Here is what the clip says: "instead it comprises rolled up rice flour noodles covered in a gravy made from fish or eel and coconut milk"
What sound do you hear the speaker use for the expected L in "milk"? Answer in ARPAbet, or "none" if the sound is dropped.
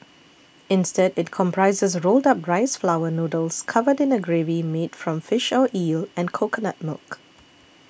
L